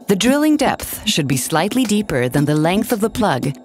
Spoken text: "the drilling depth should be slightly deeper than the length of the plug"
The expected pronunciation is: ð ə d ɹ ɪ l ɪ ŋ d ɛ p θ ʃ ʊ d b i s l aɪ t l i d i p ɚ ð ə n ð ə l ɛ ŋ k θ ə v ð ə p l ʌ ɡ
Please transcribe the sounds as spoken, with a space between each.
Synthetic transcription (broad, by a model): ð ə d ɹ ɪ l ɪ ŋ d ɛ p θ ʃ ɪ d b i s l aɪ t l i d i p ɚ ð ə n ð ə l ɛ ŋ k θ ə v ð ə p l ʌ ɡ